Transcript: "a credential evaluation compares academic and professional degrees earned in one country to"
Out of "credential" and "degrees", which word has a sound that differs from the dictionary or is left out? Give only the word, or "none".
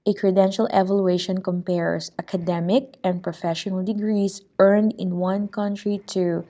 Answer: degrees